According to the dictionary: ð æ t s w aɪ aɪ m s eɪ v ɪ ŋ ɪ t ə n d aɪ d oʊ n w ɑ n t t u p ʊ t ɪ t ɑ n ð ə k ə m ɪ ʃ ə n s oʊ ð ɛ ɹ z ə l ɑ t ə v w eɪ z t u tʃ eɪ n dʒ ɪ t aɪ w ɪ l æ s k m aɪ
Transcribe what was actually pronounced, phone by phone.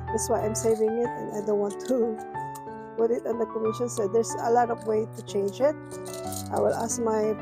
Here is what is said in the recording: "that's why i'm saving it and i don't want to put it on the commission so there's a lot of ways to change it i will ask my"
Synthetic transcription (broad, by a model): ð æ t s w aɪ aɪ m s eɪ v ɪ ŋ ɪ t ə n aɪ d oʊ n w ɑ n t t u p ʊ t ɪ t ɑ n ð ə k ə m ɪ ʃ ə n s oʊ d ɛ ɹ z ə l ɑ t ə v w eɪ t u tʃ eɪ n dʒ ɪ t aɪ w ɪ l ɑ s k m aɪ